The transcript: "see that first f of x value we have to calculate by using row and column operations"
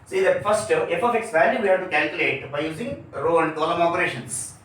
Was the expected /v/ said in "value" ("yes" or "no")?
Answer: no